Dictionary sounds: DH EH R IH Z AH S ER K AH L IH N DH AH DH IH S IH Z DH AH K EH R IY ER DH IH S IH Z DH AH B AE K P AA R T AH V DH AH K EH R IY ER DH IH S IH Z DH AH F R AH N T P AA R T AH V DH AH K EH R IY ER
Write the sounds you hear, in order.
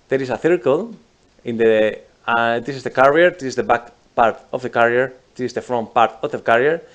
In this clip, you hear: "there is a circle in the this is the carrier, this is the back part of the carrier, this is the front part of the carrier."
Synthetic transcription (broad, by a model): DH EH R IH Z AH TH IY K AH L IH N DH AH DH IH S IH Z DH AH K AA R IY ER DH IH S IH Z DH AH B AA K P AA R T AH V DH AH K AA R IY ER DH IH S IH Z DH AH F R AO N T P AA R T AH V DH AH K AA R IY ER